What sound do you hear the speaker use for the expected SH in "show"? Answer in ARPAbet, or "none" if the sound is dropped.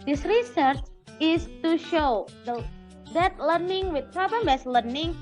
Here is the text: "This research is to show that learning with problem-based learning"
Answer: SH